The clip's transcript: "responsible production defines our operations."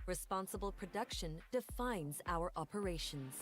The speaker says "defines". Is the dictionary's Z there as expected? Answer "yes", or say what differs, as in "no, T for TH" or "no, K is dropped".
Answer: yes